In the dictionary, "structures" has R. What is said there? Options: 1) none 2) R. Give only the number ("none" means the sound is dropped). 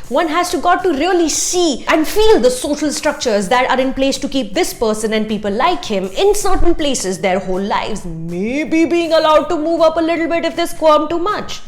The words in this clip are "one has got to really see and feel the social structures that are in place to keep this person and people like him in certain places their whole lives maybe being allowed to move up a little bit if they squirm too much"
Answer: 2